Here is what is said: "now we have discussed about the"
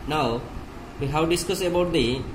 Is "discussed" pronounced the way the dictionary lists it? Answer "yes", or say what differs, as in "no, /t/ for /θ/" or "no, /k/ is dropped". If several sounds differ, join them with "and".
no, /t/ is dropped